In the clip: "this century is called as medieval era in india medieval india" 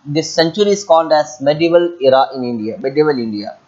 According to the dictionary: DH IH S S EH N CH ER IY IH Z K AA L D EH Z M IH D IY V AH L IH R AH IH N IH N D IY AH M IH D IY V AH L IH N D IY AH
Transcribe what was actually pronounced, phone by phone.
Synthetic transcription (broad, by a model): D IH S S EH N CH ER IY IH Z K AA N D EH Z M IH D IY V AH L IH R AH IH N IH N D IY AH M IH D IY V AH L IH N D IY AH